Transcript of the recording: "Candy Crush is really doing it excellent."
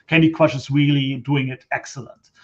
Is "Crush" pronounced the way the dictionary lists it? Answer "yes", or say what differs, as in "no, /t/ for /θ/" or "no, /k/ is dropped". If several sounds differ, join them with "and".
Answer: no, /w/ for /ɹ/